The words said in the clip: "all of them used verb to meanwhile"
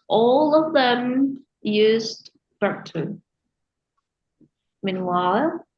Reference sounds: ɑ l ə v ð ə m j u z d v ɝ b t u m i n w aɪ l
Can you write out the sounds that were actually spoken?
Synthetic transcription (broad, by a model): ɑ l ə v ð ə m j u z d b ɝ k t u m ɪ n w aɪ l